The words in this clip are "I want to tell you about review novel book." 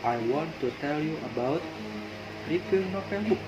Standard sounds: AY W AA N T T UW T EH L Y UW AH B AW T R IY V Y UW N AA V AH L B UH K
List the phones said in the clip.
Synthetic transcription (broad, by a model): AY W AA N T T UW T EH L Y UW AH B AW T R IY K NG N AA F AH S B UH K